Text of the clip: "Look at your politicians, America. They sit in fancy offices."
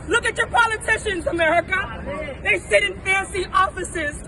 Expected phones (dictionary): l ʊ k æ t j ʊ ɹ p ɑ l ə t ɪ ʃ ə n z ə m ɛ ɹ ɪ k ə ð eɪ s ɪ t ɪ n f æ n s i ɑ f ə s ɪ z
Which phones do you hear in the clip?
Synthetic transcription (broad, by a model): l ʊ k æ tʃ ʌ ɹ p ɑ l ə t ɪ ʃ ə n z ə m ɛ ɹ ɪ k ə ð eɪ s ɪ t ɪ n f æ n s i ɑ f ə s ɪ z